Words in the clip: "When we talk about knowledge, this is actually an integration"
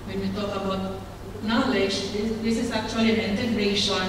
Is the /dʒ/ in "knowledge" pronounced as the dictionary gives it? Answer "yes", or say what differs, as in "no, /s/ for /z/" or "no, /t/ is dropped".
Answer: no, /z/ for /dʒ/